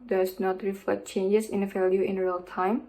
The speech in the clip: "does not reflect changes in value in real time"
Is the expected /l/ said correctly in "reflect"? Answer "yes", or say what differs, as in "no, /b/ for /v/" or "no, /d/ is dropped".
no, /l/ is dropped